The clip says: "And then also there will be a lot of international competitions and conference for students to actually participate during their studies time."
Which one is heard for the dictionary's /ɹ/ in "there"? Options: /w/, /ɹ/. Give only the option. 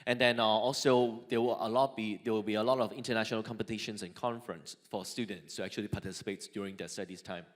/w/